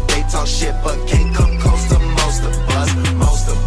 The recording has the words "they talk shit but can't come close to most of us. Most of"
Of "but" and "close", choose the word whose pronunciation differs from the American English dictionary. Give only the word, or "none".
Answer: close